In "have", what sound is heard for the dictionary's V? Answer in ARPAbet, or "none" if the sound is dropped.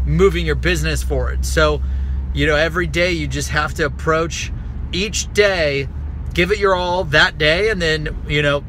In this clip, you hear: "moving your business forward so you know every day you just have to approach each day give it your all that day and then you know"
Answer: F